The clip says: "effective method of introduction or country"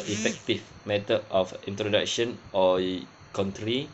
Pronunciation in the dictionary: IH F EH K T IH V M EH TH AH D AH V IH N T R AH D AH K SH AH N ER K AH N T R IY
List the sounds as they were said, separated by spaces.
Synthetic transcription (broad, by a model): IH F EH K T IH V M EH T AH AH F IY N T R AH D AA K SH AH N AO K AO N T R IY